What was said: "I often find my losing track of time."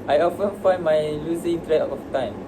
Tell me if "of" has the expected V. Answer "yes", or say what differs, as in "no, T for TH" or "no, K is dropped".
no, F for V